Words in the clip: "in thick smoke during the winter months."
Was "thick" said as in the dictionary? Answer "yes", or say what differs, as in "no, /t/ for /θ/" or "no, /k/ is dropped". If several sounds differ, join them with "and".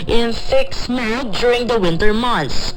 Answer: no, /f/ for /θ/